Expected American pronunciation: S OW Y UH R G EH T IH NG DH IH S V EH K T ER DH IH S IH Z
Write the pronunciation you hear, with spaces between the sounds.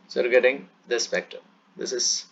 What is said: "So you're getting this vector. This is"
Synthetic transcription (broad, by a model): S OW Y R G EH T IH NG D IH S P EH K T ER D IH S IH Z